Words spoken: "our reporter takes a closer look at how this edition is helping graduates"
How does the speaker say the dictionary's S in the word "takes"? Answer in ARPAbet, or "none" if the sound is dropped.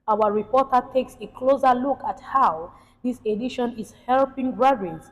S